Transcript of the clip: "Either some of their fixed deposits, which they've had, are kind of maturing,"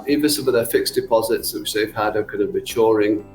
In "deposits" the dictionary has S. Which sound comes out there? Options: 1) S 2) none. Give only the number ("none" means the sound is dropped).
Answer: 1